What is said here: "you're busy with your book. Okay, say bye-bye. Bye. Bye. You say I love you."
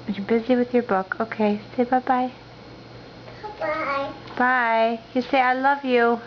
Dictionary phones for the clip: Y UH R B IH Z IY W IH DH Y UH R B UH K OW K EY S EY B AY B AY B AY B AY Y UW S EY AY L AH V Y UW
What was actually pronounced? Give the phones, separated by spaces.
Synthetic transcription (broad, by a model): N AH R B IH Z IY W IH DH Y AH R B UH K OW K EY S EY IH B AY B AY B AY Y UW S EY AY L AH V Y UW